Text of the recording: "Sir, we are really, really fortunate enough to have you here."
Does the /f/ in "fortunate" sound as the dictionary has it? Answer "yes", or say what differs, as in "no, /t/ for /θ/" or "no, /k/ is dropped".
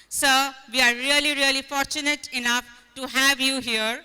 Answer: yes